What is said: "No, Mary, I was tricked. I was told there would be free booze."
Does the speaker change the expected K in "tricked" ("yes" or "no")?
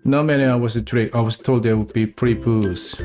yes